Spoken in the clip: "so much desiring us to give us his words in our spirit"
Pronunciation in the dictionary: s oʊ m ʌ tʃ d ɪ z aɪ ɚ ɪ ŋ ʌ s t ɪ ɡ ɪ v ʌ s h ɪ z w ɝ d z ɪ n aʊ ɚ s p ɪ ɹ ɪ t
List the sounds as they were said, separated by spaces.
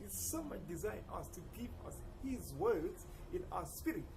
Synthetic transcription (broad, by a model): s oʊ m ʌ tʃ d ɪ z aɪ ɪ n ʌ s t ɪ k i p ʌ s h ɪ z w ɝ d z ɪ n aʊ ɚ s p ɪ ɹ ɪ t